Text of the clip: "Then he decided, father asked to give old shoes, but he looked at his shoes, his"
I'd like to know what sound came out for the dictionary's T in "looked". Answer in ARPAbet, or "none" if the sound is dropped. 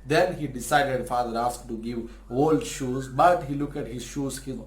none